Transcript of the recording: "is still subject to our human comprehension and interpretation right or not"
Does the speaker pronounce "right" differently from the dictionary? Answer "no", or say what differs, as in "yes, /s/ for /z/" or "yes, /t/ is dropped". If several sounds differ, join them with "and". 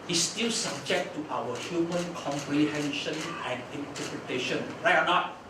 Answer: yes, /t/ is dropped